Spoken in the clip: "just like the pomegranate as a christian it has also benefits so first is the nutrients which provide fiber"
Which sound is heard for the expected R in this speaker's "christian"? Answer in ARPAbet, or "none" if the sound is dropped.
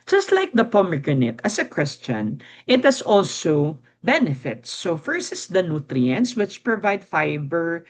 W